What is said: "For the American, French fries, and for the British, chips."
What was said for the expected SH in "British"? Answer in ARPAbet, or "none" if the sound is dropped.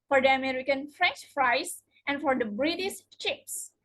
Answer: S